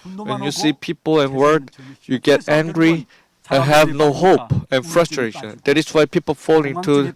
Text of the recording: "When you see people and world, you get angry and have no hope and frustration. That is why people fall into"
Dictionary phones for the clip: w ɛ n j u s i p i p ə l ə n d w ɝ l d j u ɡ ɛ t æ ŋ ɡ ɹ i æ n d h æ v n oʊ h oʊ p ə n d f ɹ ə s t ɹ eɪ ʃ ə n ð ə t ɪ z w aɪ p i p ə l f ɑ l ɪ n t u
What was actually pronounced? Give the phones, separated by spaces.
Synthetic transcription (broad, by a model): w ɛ n j u s i p i p ə l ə n w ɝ d j u ɡ ɛ t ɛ ŋ ɡ ɹ i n h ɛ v n oʊ h oʊ p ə n f ɹ ə s t ɹ eɪ ʃ ə n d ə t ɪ s w aɪ p i p ə l f ɑ l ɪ n t u